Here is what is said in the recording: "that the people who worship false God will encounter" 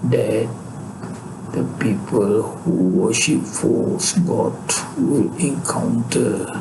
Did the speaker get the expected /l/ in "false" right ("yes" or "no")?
no